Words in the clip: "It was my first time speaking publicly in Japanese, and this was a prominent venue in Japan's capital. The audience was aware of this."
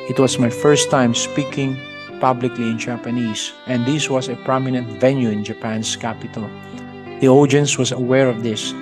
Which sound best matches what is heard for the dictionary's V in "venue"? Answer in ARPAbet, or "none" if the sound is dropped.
V